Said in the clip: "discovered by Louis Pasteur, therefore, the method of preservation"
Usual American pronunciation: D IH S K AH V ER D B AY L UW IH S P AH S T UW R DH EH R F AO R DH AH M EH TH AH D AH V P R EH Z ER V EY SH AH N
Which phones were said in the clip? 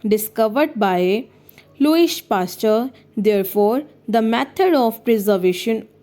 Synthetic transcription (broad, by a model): D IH S K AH V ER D B AY L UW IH SH P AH S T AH R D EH R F AO R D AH M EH T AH D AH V P R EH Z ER V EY SH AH N